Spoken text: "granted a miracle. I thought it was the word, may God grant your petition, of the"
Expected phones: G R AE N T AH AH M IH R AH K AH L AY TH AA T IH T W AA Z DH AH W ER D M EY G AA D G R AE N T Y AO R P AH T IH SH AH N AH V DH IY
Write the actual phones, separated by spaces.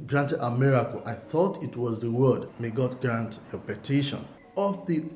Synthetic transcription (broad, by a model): G R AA N T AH AH M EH R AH K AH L AY TH AA T IH T W AA Z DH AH W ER D M EY G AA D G R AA N T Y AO P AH T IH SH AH N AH F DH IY